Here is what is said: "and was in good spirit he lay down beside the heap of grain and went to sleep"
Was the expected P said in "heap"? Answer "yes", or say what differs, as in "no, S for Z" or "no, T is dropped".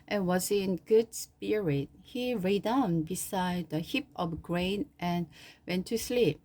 yes